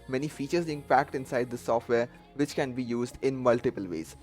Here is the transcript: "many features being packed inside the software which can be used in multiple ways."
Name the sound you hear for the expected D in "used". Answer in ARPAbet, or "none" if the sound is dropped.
D